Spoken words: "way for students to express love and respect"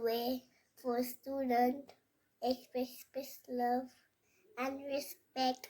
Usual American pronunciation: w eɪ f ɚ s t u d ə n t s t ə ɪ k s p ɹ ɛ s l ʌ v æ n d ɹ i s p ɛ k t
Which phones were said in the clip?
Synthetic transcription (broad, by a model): w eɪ f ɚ s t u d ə n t s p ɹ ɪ s p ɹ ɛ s l ʌ v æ n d ɹ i s p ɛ k t